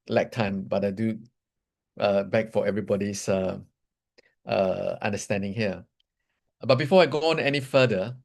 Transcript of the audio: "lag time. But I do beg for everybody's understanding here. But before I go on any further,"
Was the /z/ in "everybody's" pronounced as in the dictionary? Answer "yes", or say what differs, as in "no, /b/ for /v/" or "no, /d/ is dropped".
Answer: no, /s/ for /z/